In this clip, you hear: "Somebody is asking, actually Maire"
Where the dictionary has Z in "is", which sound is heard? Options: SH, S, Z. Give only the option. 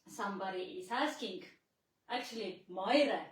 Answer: S